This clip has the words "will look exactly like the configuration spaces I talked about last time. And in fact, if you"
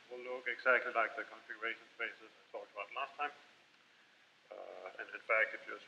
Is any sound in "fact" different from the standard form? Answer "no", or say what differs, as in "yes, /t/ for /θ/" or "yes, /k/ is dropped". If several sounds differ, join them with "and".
yes, /t/ is dropped